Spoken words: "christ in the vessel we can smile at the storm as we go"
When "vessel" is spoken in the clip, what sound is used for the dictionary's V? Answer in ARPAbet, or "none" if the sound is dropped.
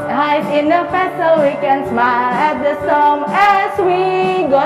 F